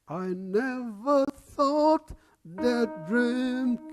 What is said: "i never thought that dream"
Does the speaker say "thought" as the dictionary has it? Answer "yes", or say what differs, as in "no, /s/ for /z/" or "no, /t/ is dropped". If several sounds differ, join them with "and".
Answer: yes